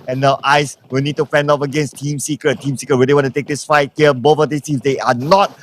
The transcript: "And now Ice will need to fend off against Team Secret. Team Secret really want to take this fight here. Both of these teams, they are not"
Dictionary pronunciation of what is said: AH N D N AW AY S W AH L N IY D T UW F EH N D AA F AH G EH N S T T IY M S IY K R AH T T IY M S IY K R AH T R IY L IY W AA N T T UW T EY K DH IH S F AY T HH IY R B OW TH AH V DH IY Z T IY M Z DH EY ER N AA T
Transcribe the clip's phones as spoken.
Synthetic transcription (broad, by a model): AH N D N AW AY S W AH L N IY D T UW F EH N D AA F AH G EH N S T T IY M S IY K R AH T T IY M S IY K R AH T W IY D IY W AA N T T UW T EY K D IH S F AY T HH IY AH B OW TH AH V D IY S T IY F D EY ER N AA T